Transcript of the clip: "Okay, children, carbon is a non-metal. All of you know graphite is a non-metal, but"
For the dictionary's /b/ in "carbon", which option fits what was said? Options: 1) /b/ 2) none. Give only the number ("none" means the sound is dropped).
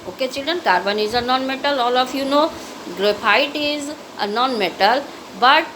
1